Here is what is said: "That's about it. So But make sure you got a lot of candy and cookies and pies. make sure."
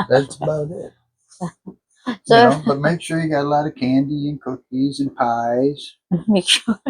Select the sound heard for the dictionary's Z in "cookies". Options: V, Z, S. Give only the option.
Z